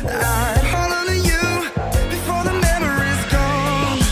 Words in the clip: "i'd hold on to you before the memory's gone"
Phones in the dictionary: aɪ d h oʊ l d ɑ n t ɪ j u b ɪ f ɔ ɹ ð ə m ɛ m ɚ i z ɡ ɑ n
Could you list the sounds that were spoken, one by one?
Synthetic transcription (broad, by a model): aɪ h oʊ l ɑ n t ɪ j u b ɪ f ɔ ɹ ð ə m ɛ m ɚ i z ɡ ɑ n